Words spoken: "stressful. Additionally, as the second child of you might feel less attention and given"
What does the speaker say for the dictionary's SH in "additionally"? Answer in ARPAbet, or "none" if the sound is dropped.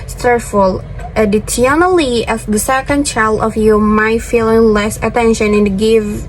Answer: S